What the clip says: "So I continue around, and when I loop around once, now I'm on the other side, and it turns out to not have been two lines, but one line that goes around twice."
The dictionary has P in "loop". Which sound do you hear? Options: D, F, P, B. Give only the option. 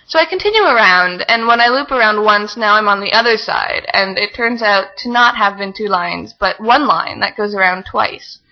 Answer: P